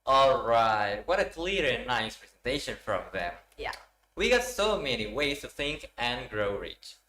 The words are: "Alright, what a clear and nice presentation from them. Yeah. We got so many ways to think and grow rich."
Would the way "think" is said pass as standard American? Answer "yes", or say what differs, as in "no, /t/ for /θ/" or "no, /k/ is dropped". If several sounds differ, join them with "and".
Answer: yes